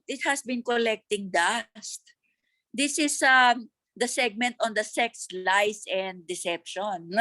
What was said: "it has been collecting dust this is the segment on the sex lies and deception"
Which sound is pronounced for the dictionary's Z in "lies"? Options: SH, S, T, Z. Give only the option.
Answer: S